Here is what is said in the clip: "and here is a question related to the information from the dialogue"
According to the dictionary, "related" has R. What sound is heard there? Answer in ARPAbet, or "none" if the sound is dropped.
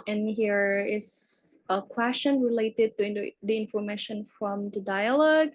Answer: R